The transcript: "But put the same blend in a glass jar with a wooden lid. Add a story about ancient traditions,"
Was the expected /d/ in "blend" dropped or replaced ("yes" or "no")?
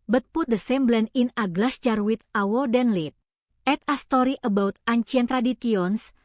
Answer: yes